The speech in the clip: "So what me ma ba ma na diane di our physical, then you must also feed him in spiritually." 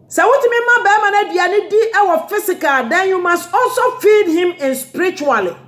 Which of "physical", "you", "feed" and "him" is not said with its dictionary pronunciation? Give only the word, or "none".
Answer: physical